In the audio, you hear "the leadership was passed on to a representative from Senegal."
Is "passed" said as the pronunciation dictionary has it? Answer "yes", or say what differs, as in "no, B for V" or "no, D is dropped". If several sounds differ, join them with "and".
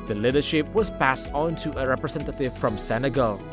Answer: yes